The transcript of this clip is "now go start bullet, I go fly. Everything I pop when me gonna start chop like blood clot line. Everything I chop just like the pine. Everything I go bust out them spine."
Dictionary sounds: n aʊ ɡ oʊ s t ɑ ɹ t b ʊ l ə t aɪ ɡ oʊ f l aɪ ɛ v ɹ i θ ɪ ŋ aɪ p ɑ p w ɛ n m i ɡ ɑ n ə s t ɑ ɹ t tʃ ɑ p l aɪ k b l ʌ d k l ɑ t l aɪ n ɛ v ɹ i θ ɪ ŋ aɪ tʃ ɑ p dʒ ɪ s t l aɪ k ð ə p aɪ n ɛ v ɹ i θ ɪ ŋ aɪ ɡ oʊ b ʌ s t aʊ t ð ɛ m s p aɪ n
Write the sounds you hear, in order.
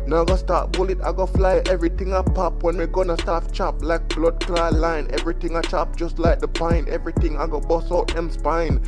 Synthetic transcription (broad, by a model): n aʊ ɡ oʊ s t ɑ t b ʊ l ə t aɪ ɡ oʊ f l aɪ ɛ v ɹ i t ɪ ŋ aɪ p ɑ p w ɛ n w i ɡ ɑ n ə s t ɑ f tʃ ɑ p l aɪ k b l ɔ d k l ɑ l aɪ n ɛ v ɹ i t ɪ ŋ aɪ tʃ ɑ p dʒ ɪ s t l aɪ k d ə p aɪ n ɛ v ɹ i t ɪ ŋ aɪ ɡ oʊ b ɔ s ɔ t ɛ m s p aɪ n